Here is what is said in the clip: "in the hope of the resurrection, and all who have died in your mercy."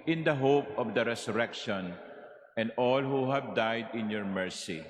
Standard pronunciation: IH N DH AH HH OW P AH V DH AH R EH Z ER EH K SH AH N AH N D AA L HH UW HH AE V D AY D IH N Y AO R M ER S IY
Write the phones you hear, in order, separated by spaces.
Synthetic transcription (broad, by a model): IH N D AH HH OW P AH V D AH R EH S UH EH K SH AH N AH N D AA L HH UW HH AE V D AY D IH N Y AO R M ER S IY